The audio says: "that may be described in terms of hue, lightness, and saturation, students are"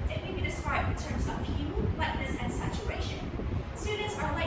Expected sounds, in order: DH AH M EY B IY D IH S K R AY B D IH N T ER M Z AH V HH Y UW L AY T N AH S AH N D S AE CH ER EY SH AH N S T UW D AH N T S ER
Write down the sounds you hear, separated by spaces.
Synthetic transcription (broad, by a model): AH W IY B IY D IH S K R AY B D IH N T ER M Z AH V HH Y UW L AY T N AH S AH N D S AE CH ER EY SH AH N S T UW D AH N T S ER